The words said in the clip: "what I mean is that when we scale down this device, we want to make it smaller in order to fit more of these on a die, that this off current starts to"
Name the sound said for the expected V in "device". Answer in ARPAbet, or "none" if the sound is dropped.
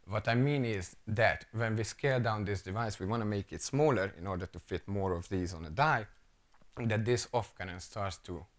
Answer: V